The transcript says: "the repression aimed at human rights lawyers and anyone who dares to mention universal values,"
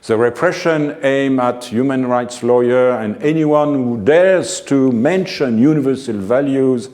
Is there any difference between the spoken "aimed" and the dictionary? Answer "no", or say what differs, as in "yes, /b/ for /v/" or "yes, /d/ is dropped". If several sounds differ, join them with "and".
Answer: yes, /d/ is dropped